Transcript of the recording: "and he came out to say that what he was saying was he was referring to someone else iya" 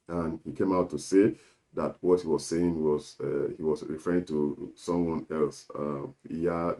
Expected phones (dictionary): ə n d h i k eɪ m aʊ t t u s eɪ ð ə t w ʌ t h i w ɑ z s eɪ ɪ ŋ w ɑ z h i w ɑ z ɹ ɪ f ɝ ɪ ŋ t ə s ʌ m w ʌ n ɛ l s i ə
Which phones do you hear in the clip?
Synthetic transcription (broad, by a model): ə n h i k eɪ m aʊ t t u s eɪ ð ə t w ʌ t h i w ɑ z s eɪ ɪ ŋ w ɑ z h i w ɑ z ɹ ɪ f ɝ ɪ ŋ t ə s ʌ m w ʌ n ɛ l s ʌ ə